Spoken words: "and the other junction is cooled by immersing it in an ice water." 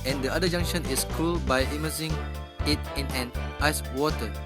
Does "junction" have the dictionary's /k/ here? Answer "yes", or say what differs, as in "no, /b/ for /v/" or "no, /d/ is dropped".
no, /k/ is dropped